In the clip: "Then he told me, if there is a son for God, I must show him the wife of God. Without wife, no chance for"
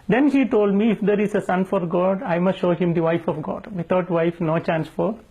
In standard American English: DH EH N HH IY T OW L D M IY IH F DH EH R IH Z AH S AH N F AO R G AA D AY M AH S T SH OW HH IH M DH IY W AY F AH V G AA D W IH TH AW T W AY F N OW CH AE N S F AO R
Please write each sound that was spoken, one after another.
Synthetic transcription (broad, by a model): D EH N HH IY T OW L D M IY IH F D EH R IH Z AH S AH N F AO R G AA D AY M AH S T SH OW HH IH M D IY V AY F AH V G AA D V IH T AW T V AY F N OW CH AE N S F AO R